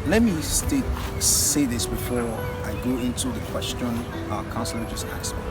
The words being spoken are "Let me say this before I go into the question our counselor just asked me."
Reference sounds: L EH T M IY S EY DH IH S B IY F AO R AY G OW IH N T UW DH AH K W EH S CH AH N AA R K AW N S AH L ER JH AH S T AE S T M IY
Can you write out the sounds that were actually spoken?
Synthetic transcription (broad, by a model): L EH T M IY S EY DH IH S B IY F AO R AY G OW IH N T UW DH AH K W EH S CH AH N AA K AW N S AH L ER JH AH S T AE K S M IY